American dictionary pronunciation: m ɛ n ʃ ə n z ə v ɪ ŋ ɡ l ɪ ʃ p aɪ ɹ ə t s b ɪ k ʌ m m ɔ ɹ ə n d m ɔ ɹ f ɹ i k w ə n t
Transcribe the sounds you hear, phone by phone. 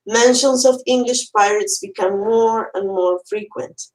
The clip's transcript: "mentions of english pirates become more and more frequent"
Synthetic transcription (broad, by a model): m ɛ n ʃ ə n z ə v ɪ ŋ ɡ l ɪ ʃ p aɪ ɹ ə t s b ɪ k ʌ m m ɔ ɹ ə n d m ɔ ɹ f ɹ i k w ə n t